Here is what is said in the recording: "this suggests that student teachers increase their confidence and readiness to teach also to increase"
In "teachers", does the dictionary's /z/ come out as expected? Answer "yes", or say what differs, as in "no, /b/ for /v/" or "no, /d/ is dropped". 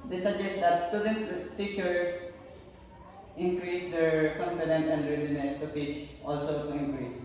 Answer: no, /s/ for /z/